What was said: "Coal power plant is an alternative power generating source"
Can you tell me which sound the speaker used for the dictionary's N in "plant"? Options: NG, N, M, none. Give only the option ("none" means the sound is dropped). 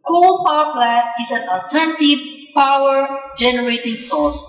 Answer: none